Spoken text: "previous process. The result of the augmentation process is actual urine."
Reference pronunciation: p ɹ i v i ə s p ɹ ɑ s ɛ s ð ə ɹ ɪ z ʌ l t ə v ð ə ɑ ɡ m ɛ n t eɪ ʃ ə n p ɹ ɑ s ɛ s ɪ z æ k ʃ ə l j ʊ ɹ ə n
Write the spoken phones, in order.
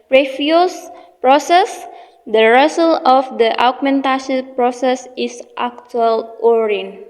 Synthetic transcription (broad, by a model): p ɹ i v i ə s p ɹ ɑ s ɛ s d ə ɹ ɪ s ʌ l ə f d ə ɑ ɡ m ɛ n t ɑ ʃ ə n p ɹ ɑ s ɛ s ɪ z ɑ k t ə l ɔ ɹ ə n